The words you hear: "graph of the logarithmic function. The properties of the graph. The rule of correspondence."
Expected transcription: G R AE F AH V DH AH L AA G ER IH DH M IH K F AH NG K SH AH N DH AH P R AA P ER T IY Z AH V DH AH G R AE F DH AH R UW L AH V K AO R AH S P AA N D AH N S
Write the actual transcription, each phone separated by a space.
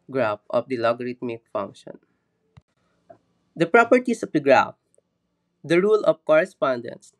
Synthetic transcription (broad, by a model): G R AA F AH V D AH L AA G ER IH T M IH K F AH NG K SH AH N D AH P R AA P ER T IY S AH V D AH G R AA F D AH R UW L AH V K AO R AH S P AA N D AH N S